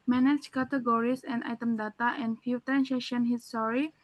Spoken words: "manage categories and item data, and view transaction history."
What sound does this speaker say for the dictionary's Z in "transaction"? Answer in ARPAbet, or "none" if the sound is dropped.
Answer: S